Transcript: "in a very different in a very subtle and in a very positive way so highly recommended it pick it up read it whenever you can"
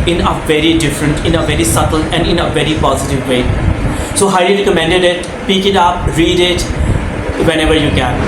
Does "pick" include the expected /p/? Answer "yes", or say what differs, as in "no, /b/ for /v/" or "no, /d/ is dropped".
yes